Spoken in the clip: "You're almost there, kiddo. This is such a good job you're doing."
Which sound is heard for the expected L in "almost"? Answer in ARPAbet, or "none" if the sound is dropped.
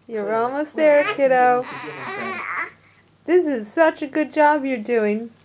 L